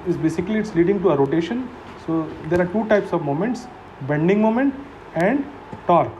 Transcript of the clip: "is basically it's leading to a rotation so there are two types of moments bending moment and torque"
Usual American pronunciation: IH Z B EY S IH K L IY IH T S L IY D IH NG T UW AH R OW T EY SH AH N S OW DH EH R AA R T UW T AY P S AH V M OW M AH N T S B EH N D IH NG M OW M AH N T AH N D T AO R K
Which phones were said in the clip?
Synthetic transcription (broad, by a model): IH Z B EY S IH K L IY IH T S L IY D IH NG T UW AH R OW T EY SH AH N S OW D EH R AA R T UW T AY P S AH V M OW M AH N T S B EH N D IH NG M OW M AH N T AH N D T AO R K